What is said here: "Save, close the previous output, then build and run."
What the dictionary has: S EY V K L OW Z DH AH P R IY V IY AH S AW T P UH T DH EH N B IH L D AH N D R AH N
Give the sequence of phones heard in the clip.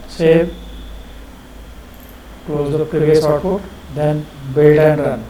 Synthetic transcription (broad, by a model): S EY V K L OW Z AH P R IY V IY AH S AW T F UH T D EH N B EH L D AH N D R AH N